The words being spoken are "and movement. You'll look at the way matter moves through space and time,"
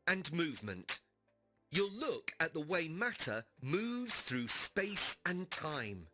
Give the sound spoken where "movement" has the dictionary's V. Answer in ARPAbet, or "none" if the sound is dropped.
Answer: V